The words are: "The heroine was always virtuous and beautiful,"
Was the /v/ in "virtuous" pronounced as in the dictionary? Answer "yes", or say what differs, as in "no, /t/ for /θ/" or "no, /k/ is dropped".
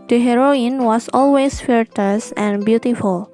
no, /f/ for /v/